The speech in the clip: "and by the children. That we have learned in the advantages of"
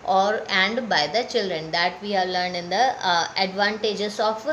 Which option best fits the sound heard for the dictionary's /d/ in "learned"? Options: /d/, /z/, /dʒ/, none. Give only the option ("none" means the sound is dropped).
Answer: none